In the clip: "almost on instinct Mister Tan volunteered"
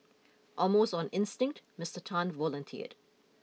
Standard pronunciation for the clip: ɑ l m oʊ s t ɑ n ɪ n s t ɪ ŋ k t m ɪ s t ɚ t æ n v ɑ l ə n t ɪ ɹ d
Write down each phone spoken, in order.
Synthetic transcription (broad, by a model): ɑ m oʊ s ɑ n ɪ n s t ɪ ŋ k t m ɪ s t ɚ t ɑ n v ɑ l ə n t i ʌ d